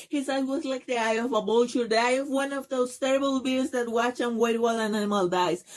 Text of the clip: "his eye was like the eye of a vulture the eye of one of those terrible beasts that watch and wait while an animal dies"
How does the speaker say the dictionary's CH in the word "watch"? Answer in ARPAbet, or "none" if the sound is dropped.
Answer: CH